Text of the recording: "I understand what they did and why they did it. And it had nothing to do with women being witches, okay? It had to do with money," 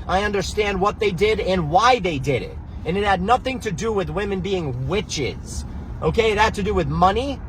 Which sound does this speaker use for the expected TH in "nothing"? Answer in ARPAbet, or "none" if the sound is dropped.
TH